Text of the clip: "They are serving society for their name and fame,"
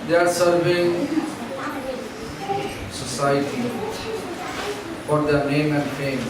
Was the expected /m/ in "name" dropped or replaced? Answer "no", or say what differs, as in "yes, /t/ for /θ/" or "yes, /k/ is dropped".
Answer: no